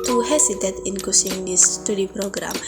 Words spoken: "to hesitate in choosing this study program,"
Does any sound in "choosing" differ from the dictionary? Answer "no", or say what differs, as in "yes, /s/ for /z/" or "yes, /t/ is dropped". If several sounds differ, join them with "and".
yes, /s/ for /z/